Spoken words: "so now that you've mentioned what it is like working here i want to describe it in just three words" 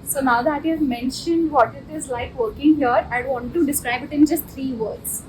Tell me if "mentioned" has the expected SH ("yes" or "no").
yes